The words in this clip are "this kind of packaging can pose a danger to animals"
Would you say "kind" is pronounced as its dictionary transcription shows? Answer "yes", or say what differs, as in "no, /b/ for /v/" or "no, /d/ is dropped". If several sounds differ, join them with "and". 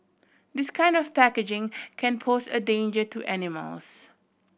yes